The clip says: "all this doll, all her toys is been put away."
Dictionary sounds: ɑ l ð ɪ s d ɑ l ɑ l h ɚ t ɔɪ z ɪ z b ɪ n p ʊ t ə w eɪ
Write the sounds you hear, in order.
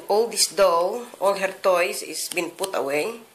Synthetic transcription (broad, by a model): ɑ l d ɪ s d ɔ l ɑ l h ɚ t ɔɪ s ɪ s b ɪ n p ʊ t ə w eɪ